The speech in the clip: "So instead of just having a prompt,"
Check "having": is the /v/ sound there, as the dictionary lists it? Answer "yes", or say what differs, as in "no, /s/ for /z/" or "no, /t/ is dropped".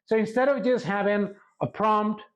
yes